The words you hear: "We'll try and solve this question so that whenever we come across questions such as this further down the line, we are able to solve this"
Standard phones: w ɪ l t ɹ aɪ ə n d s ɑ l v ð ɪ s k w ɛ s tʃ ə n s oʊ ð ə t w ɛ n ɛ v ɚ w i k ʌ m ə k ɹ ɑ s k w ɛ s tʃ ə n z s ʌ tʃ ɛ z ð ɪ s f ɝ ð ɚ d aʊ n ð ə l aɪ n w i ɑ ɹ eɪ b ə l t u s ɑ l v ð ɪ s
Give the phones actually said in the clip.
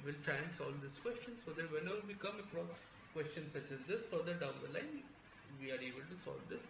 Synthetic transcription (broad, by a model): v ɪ l t ɹ aɪ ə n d s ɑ l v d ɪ s k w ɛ s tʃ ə n s oʊ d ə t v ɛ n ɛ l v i k ʌ m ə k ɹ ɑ k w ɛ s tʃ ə n s ʌ tʃ ɛ z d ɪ s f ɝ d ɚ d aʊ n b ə l aɪ n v i ɑ ɹ eɪ b ə l t u s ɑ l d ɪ s